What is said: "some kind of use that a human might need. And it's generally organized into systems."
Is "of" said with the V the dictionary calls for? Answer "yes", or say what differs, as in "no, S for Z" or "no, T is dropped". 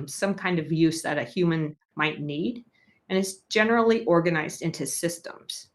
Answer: yes